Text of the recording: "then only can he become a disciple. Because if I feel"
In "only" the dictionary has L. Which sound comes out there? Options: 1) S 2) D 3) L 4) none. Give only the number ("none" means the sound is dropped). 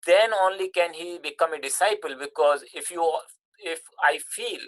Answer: 3